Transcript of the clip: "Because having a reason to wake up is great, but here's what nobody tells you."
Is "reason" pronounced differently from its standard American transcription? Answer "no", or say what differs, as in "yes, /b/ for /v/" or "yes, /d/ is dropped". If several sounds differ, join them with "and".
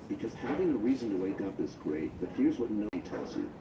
no